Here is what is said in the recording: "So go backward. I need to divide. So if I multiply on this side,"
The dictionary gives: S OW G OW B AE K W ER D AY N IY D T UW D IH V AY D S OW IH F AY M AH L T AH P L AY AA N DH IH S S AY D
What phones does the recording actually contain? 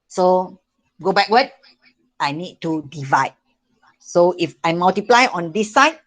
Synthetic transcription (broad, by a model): S OW G OW B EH K W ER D AY N IY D T UW D IH V AY D S OW IH F AY M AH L T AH P L AY AA N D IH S S AY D